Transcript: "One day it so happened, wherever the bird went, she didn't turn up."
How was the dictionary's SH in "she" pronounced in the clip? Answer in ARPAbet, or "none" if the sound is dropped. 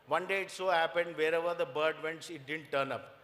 S